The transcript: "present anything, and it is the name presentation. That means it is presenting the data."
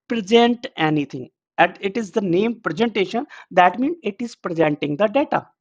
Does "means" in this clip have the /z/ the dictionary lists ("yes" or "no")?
no